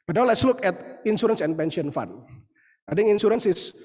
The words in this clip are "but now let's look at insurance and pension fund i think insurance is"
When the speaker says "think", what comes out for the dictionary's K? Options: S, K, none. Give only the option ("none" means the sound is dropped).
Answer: none